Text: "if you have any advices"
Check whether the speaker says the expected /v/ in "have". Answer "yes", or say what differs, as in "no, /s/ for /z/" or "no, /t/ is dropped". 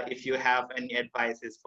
yes